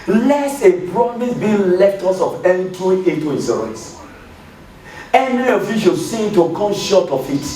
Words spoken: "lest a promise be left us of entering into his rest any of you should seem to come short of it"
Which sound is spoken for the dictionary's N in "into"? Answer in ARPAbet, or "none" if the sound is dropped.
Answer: none